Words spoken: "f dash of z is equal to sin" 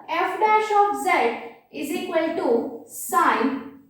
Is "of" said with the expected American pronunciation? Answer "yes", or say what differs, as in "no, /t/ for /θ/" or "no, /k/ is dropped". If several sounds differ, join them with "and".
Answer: no, /p/ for /v/